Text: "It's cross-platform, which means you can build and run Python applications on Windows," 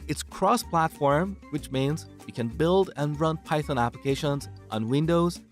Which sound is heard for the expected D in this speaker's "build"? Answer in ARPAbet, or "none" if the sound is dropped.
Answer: D